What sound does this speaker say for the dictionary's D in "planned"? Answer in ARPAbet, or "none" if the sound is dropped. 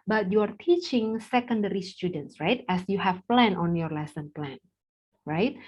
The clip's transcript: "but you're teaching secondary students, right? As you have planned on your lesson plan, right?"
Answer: none